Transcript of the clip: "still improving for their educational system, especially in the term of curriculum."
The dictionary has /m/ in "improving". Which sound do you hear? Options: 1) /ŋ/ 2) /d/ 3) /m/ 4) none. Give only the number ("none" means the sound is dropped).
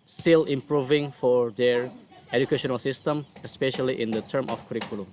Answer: 3